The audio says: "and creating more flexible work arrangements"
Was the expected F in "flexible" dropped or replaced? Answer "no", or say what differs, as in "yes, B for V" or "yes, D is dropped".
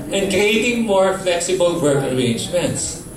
no